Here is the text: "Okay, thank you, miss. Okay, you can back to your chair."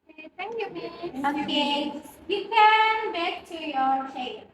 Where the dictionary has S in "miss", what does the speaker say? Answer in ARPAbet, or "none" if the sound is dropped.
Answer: none